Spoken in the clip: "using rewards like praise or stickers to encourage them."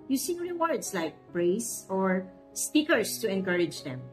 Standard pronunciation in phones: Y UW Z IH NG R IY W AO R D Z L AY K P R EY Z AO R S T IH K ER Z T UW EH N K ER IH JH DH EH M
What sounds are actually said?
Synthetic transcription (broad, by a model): Y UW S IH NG R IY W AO R D S L AY K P R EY S AO R S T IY K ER S T UW EH N K ER IH JH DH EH M